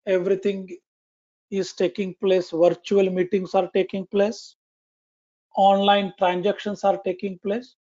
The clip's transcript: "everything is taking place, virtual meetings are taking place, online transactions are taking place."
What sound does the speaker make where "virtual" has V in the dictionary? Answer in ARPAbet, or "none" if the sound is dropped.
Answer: V